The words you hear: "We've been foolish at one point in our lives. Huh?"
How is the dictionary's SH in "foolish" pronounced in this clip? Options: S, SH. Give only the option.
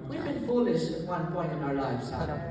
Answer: S